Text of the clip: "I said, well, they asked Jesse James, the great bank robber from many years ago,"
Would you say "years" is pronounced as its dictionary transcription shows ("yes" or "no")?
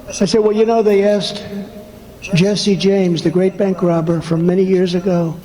yes